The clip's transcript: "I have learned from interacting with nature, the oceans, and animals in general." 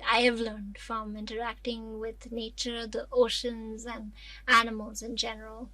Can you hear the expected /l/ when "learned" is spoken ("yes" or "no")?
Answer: yes